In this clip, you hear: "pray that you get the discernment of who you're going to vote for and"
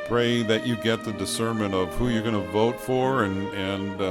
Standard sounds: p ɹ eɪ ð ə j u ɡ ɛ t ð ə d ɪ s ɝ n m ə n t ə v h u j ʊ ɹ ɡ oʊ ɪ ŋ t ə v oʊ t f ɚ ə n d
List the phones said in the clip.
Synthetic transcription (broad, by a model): p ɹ eɪ ð ə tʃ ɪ ɡ ɛ t ð ə d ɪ s ɝ m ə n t ə v h u j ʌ ɹ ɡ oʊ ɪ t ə v oʊ t f ɚ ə n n